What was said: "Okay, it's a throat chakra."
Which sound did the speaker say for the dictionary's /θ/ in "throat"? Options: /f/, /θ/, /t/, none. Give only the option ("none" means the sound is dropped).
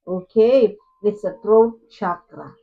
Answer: /t/